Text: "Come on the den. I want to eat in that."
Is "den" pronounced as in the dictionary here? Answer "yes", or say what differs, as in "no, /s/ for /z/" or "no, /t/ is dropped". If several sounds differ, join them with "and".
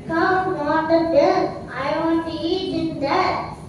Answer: no, /l/ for /n/